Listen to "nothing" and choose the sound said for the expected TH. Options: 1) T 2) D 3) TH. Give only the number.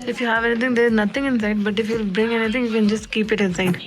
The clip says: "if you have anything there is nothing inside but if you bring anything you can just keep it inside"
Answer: 1